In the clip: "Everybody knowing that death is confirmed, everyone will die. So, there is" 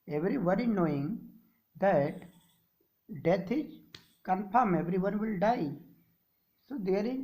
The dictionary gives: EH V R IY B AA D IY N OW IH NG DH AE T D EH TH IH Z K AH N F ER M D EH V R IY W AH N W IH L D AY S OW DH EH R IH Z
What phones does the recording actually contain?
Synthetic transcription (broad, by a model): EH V R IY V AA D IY N OW IH NG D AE T D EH T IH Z K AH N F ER M EH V R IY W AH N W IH L D AY S OW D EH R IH